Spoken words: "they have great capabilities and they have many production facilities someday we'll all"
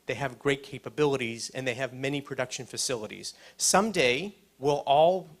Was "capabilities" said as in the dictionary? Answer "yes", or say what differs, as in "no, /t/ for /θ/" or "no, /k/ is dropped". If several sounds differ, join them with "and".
yes